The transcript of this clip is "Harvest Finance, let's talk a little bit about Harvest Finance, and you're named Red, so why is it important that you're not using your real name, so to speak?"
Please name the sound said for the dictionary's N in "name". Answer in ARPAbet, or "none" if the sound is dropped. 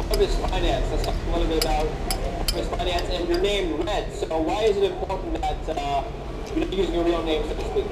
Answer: N